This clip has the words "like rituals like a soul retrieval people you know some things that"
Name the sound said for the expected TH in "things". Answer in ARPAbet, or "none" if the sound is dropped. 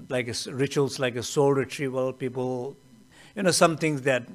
T